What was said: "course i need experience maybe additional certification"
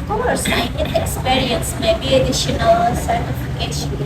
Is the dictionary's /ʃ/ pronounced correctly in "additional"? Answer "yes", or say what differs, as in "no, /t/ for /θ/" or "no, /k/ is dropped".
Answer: yes